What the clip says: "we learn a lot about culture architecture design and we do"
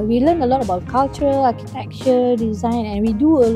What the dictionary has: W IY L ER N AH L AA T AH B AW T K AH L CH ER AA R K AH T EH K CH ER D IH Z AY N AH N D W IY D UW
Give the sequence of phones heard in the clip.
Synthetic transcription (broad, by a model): W IY L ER N AH L AA T AH B AW T K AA L CH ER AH L K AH T EH K CH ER D IH Z AY N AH N W IY D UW